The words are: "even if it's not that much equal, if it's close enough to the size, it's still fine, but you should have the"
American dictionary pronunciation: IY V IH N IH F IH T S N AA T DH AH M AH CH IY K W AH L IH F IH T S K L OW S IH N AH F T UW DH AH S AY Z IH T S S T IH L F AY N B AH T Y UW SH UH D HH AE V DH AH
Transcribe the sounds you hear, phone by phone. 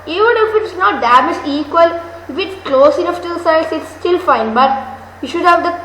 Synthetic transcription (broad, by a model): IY V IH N IH F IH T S N AA T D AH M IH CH IY K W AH L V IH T K L OW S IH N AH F T UW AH S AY S IH T S S T IH L F AY N B AH T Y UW SH UH D HH AE V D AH